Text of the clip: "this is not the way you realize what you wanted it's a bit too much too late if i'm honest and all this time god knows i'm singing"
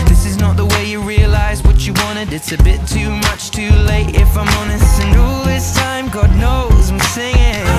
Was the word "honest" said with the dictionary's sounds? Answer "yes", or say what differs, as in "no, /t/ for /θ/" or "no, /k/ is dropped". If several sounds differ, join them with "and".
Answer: no, /t/ is dropped